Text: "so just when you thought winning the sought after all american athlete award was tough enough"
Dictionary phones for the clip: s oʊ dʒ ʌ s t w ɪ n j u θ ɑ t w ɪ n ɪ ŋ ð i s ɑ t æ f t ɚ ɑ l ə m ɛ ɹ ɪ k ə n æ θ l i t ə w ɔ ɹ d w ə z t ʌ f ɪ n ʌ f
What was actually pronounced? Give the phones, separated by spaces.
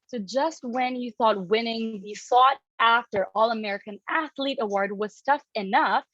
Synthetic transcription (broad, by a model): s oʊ dʒ ʌ s t w ɪ n j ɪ θ ɑ t w ɪ n ɪ ŋ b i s ɑ t æ f t ɚ ɑ l ə m ɛ ɹ ɪ k ə n æ θ l i t ə w ɔ ɹ d w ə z t ʌ f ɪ n ʌ f